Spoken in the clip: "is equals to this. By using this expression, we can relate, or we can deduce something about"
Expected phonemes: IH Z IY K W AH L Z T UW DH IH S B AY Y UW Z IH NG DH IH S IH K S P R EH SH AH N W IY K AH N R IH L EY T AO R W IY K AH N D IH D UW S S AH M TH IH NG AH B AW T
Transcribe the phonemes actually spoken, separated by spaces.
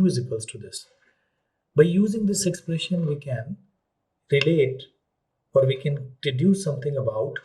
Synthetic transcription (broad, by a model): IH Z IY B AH L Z T UW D IH S B AY Y UW Z IH NG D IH S IH K S P R EH SH AH N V IY K AH N R IH L EY T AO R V IY K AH N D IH D UW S S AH M T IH NG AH B AW T